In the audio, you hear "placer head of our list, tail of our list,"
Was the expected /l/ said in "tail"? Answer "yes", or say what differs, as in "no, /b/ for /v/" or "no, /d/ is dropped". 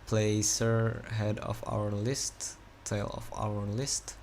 yes